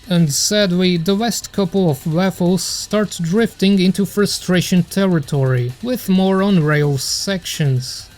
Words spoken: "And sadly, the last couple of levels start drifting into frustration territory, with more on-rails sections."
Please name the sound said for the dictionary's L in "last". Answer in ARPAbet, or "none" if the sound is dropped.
W